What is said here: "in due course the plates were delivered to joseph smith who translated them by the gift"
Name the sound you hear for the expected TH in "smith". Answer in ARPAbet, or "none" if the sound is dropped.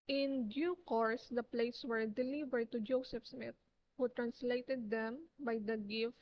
T